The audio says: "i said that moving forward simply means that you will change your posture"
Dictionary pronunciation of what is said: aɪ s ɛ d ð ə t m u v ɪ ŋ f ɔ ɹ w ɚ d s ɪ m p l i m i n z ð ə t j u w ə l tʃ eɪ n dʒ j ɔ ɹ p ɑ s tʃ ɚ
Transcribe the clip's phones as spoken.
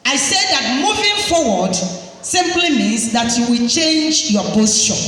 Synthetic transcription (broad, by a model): aɪ s ɛ d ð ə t m u v ɪ ŋ f ɔ w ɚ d s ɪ m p l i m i z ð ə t j u w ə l tʃ eɪ n dʒ j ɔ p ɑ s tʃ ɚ